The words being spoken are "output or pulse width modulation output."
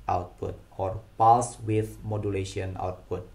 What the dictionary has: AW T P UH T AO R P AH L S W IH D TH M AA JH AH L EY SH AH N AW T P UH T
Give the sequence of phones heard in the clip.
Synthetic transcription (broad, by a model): AW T P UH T AO R P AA S W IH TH M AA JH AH L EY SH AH N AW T P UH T